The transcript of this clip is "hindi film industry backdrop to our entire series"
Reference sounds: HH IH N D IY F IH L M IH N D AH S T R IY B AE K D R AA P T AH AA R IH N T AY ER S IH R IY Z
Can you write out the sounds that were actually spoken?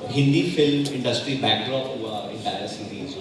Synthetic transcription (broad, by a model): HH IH N D IY F IH L M IH N D AH S T R IY B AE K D R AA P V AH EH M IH T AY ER S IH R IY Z